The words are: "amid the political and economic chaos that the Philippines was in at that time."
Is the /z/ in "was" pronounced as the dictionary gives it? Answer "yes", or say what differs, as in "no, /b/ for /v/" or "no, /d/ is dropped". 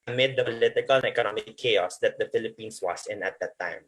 no, /s/ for /z/